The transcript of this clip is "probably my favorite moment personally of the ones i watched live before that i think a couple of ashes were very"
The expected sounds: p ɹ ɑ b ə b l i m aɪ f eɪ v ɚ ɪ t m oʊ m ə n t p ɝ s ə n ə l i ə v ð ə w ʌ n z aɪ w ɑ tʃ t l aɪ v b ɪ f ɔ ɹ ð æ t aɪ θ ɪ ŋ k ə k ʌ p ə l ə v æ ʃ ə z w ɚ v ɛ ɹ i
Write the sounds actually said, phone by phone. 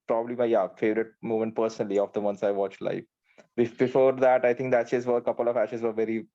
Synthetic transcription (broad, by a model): p ɹ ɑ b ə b l i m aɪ f eɪ v ɚ ɪ t m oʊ m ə n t p ɝ s ə n ə l i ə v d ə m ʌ n s aɪ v ɑ tʃ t l aɪ b b ɪ f ɔ ɹ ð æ t aɪ t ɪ ŋ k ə k ʌ p ə l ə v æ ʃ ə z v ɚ v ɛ ɹ i